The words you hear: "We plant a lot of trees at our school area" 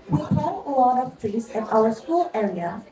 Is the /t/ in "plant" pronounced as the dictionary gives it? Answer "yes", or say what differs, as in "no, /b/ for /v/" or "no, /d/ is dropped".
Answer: no, /t/ is dropped